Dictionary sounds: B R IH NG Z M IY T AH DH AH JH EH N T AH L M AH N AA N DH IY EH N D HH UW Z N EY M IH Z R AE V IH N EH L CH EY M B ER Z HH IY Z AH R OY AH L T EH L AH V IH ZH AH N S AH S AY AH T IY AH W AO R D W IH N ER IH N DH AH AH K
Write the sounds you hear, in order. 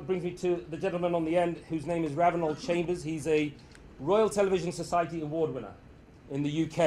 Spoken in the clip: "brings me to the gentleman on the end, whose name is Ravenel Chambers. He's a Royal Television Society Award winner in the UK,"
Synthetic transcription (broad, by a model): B R IH NG Z M IY T AH DH AH JH EH N T L M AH N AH N DH IY EH N D HH UW Z N EY M IH Z R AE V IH N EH L CH EY M B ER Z HH IY Z AH R OY AH L T EH L AH V IH ZH AH N S AH S AY AH T IY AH W AO D W IH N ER IH N DH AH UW K